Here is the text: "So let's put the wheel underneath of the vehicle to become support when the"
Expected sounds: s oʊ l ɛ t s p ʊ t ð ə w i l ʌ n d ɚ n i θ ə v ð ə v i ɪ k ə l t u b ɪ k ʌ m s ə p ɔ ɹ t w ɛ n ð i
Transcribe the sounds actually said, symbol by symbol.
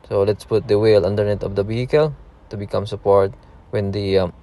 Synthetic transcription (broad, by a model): s oʊ l ɛ t s p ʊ t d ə w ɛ l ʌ n d ɚ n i t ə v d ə b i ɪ k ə l t u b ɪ k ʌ m s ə p ɔ ɹ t w ɛ n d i